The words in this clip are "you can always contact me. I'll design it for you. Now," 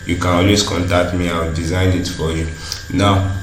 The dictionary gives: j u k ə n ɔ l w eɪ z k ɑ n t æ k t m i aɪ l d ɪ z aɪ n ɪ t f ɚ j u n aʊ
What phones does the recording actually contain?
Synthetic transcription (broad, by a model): j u k ə n ɔ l w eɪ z k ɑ n t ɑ k t m i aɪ w d ɪ z aɪ n ɪ t f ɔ j u n aʊ